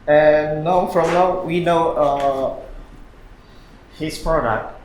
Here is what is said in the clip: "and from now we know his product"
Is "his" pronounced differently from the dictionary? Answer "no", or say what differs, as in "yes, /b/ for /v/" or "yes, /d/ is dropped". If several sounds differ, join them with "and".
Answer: yes, /s/ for /z/